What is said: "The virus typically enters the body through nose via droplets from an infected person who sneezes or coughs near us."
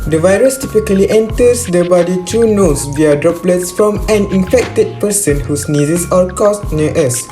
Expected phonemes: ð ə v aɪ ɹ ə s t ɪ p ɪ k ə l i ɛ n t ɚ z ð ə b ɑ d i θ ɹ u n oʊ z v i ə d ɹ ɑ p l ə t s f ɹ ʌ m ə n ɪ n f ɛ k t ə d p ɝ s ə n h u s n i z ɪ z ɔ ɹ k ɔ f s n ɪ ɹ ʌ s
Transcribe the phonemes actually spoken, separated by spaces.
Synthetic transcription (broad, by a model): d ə v aɪ ɹ ə s t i p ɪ k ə l i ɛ n t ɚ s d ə b ɑ d i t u n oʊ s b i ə d ɹ ɑ p l ə t s f ɹ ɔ m ə n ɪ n f ɛ k t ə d p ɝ s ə n h u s n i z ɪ s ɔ l k ɔ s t n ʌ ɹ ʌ s